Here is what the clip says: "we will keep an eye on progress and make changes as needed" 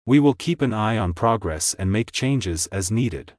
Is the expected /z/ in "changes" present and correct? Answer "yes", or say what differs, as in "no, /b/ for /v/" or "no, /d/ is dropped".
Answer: yes